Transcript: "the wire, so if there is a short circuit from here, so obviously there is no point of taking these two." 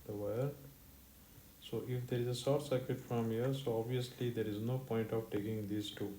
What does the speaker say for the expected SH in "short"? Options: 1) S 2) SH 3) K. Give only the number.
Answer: 1